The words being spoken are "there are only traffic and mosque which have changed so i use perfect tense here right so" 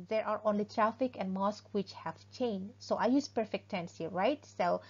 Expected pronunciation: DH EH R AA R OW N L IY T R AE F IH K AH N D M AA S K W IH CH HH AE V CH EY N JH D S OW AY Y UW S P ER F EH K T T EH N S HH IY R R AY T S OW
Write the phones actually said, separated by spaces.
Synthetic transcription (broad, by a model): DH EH R AA R OW N L IY T R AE F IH K AH N D M AA S K W IH CH HH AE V CH EY N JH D S OW AY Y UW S P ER F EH K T T EH N S HH IY R R AY T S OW